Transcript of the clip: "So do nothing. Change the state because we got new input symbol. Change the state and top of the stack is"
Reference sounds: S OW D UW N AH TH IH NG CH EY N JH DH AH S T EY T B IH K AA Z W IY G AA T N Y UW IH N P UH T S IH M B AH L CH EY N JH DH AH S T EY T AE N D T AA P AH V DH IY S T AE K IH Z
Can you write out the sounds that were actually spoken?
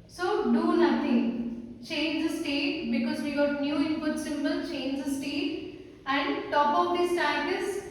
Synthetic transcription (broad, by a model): S OW D UW N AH T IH NG CH EY N JH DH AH S T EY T B IH K AA Z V IY G AA T N Y UW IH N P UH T S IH M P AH L CH EY N JH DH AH S T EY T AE N D T AA P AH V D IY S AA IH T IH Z